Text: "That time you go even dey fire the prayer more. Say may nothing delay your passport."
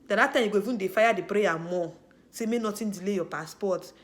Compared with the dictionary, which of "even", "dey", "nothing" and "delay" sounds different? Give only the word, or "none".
nothing